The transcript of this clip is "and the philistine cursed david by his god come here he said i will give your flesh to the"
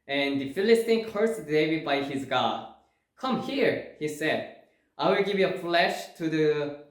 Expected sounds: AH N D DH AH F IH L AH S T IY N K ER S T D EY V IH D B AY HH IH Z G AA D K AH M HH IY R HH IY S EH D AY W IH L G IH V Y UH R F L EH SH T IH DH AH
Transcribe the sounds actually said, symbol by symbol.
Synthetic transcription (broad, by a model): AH N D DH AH F IH L AH S T IY N K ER S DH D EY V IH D B AY HH IH Z G AA D K AH M HH IY R HH IY S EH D AY W IH L G IH V Y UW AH F L EH SH T IH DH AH